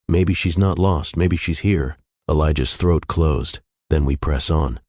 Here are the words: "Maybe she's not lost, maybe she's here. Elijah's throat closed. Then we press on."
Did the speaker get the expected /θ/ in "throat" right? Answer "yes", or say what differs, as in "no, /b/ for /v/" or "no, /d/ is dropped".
yes